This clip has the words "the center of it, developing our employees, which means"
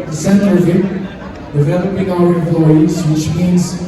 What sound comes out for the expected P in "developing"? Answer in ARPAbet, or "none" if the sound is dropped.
B